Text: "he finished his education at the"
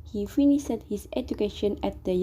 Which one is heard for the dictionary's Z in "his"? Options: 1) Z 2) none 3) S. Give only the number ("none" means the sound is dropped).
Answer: 3